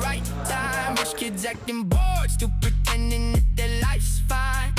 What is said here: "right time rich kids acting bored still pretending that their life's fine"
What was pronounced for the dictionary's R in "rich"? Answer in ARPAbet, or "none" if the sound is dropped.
W